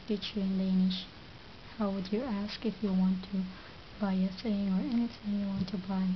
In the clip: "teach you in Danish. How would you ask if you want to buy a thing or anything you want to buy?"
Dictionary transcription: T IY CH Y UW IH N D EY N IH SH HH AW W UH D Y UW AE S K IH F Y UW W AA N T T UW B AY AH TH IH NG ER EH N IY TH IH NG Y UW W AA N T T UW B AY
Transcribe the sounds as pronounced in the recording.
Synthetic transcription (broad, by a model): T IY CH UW IH N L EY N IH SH HH AW W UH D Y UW AE S K IH F Y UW W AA N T T UW B AY AH S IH NG ER EH N IY TH IH NG Y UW W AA N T T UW B AY